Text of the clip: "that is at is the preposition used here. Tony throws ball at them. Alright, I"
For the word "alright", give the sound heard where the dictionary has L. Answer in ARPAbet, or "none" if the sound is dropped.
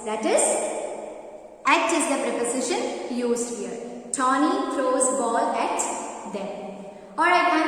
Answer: none